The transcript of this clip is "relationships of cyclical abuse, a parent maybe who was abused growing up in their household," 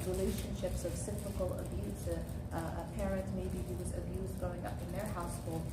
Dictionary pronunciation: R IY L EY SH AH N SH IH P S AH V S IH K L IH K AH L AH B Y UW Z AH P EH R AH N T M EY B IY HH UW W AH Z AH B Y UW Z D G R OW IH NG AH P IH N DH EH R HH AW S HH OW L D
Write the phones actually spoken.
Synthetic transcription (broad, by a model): R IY L EY SH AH N SH IH P S AH V S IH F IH K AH L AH B Y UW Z AH P EH R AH N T M EY B IY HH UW W AH Z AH B Y UW Z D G OW IH NG AH P IH N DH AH R HH AW S HH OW L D